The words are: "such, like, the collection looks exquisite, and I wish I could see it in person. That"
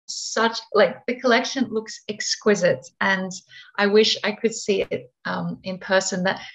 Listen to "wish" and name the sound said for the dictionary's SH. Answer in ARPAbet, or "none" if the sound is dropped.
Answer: SH